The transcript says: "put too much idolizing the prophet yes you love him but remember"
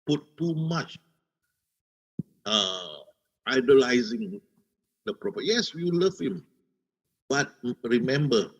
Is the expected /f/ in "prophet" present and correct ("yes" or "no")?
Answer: no